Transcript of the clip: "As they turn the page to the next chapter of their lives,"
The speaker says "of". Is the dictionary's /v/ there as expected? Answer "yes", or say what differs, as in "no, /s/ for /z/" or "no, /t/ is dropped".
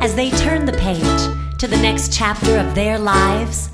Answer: yes